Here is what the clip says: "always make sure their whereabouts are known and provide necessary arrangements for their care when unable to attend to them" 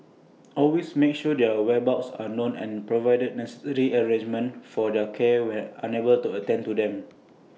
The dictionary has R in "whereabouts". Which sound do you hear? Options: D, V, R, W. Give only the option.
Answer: W